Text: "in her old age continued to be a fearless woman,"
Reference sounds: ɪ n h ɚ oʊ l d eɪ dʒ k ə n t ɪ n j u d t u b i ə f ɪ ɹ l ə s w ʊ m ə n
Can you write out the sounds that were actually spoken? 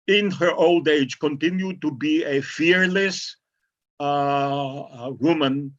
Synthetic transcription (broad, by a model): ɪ n h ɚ oʊ l d eɪ dʒ k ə n t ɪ n j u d t u b i ə f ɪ ɹ l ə s w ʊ m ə n